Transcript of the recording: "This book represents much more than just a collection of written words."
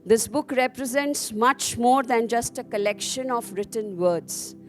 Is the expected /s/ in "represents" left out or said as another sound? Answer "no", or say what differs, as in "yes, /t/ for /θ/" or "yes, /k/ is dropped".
no